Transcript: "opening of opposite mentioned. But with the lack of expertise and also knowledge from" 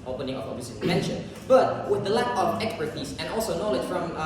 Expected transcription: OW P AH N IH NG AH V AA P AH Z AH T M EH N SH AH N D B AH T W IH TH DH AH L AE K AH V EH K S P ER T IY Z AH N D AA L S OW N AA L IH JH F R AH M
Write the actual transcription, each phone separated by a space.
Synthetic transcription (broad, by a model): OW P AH N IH NG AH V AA B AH S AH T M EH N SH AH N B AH T W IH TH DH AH L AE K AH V EH K S P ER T IY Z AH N AA L S OW N AA L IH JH F R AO M